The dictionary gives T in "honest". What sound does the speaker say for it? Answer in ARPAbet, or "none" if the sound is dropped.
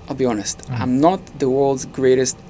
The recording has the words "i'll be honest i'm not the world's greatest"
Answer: T